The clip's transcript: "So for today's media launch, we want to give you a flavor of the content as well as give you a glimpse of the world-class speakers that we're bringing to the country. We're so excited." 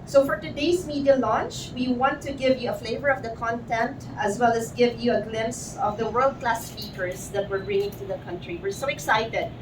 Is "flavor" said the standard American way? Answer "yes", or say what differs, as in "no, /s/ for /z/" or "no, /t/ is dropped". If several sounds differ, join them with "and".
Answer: yes